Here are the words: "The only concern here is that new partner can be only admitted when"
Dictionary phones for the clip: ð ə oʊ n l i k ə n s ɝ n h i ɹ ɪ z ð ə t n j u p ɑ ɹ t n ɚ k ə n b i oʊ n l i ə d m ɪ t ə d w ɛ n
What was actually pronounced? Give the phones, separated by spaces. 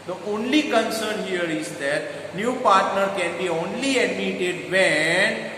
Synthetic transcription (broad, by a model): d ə oʊ n l i k ə n s ɝ n h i ɹ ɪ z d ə t n j u p ɑ ɹ t n ɚ k ə n b i oʊ n l i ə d m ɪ t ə d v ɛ n